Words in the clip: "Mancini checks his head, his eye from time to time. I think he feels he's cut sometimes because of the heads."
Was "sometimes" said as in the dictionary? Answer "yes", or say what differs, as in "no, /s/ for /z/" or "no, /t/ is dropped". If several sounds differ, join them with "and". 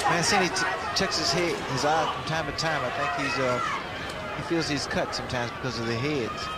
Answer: yes